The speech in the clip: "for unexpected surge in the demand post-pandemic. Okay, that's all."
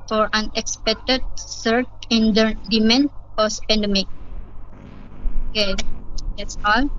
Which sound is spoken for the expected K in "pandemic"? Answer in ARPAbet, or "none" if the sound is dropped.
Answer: K